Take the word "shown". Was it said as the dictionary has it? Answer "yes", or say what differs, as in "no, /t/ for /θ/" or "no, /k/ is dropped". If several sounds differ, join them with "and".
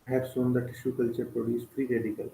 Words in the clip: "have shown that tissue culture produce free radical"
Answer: no, /s/ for /ʃ/